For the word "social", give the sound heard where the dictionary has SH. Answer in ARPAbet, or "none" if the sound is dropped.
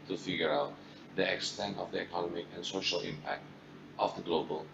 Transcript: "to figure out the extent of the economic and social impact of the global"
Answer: SH